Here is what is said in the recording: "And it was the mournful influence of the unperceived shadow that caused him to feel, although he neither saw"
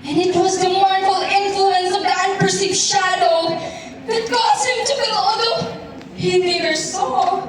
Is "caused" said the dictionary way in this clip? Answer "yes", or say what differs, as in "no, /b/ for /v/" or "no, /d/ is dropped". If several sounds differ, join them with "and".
no, /d/ is dropped